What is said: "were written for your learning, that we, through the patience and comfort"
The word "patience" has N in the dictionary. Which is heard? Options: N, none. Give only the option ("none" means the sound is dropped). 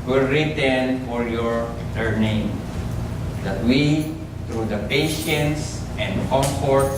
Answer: N